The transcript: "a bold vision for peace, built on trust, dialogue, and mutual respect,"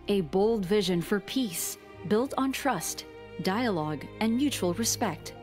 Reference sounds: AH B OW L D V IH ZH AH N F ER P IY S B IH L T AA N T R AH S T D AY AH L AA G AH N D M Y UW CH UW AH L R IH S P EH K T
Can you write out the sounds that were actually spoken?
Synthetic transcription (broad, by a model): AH B OW L D V IH ZH AH N F ER P IY S B IH L T N T R AH S T D AY AH L AA G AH N Y UW CH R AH L R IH S P EH K T